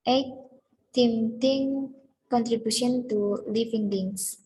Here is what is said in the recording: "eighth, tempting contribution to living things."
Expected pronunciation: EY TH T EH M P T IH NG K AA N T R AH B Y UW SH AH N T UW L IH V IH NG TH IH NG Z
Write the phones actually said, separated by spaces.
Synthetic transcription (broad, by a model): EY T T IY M T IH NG K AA N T R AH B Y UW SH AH N T UW L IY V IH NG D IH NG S